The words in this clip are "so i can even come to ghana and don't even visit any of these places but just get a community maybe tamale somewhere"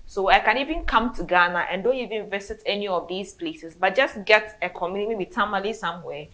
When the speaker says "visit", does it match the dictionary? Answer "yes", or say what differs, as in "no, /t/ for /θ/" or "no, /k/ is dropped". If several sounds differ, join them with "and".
no, /s/ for /z/